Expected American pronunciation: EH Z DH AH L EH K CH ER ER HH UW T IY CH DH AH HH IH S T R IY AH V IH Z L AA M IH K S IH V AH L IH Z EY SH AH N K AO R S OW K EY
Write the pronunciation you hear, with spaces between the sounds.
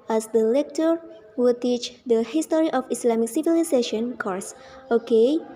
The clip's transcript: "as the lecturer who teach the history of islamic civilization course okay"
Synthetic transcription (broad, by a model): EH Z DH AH L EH K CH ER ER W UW T IY CH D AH HH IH S T R IY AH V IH S L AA M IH K S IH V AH L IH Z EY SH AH N K AO R S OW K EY